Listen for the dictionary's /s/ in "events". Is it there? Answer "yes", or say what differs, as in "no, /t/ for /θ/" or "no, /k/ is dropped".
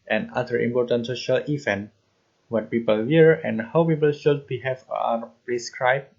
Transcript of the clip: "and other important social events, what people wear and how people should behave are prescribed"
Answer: no, /s/ is dropped